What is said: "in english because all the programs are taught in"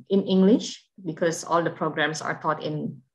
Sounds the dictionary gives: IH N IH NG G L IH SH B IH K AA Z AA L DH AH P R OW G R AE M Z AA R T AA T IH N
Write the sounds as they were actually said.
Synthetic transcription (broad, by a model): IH N IH NG G L IH SH B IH K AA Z AA L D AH P R OW G R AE M S AA R T AA T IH N